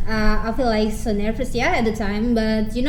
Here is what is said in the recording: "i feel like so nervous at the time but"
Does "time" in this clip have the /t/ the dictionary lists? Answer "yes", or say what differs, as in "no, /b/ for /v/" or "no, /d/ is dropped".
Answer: yes